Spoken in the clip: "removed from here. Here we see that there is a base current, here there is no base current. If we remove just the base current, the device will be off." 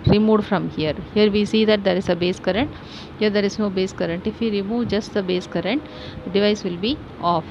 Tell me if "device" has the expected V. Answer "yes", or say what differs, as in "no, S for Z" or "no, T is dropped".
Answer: yes